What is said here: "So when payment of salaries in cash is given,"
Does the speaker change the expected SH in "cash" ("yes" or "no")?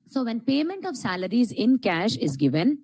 no